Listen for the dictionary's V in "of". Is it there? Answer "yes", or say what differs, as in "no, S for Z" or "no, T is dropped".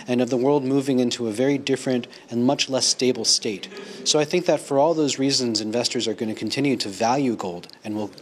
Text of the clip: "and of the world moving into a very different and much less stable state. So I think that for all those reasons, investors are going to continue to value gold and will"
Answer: yes